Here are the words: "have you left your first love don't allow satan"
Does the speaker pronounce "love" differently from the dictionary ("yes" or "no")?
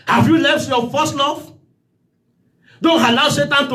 yes